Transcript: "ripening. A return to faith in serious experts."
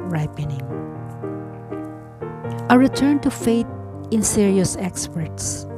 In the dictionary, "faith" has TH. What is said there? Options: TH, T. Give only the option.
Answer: T